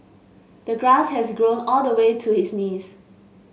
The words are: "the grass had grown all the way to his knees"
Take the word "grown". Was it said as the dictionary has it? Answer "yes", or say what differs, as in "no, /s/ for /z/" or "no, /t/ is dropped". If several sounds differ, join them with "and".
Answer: yes